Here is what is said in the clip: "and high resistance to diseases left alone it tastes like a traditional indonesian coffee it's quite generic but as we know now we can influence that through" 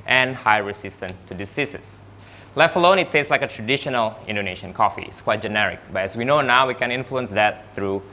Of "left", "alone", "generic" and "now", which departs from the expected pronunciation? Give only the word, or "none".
left